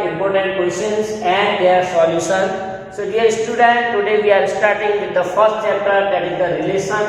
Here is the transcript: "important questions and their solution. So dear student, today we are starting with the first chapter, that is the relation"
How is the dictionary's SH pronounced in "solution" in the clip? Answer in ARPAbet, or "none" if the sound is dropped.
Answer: S